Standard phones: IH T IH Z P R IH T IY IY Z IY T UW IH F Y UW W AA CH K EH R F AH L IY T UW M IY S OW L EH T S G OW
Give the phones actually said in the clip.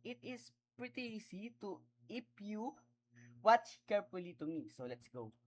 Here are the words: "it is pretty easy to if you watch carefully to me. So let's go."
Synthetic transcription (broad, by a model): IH T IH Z P R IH T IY IY S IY T UW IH P Y UW W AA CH K EH R F AH L IY T UW M IY S OW L EH T S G OW